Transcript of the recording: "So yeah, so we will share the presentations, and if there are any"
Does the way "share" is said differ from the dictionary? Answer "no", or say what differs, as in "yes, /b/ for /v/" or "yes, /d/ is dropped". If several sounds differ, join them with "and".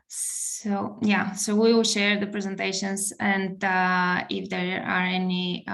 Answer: no